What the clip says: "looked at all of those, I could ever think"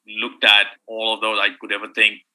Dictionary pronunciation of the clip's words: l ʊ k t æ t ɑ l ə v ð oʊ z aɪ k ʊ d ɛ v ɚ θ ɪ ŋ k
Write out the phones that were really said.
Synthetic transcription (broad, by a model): l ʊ k t æ t ɑ l ə v ð oʊ z aɪ k ʊ d ɛ v ɚ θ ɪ ŋ k